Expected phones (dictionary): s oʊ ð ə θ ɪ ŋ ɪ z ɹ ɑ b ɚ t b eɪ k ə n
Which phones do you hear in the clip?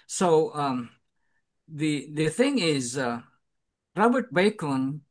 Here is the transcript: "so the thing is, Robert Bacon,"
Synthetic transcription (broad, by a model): s oʊ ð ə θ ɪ ŋ ɪ z ɹ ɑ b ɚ t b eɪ k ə n